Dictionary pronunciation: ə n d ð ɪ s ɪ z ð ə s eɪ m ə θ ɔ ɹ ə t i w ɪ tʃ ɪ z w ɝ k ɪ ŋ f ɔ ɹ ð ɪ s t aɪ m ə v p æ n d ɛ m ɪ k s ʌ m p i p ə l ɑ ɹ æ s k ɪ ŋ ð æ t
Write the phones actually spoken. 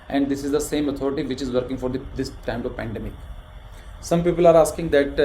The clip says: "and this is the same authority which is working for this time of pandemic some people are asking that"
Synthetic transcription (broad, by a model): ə n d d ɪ s ɪ z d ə s eɪ m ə t ɔ ɹ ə t i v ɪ tʃ ɪ z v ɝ k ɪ ŋ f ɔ ɹ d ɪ s t aɪ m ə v p æ n d ɛ m ɪ k s ʌ m p i p ə l ɑ ɹ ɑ s k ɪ ŋ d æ t